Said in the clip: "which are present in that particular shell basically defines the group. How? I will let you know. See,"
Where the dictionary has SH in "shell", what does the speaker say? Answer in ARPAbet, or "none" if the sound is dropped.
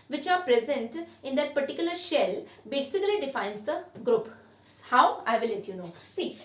SH